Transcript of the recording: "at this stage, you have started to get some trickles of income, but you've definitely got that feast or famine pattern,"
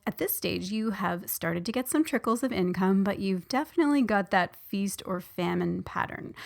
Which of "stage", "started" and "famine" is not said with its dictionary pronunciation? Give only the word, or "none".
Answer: none